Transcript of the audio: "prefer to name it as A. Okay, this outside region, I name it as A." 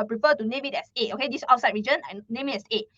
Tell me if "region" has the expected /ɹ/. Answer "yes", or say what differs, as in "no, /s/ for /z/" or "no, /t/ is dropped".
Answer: yes